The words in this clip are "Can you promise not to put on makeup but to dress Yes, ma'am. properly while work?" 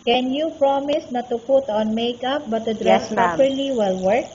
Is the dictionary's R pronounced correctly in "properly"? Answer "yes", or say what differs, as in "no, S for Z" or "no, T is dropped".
no, R is dropped